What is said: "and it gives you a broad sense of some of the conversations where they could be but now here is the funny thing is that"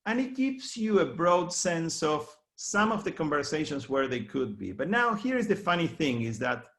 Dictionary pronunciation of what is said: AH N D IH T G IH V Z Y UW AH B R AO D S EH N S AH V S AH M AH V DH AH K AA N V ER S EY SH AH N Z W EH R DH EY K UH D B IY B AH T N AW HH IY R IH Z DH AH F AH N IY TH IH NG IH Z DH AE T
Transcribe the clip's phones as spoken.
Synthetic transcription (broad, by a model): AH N IH T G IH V S Y UW AH B R AO D S EH N S AH V S AH M AH V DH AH K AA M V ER S EY SH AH N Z W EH R DH EY K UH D B IY B AH T N AW HH IY R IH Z DH AH F AH N IY TH IH NG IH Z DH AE T